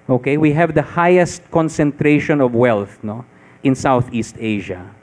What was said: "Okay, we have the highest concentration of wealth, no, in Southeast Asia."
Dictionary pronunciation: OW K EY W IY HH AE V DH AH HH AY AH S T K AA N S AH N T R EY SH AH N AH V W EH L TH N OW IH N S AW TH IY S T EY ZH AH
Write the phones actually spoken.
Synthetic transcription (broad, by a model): OW K EY W IY HH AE V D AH HH AY AH S T K AA N S AH N T R EY SH AH N AH V W EH L TH N OW IH N S AW TH IY S T EY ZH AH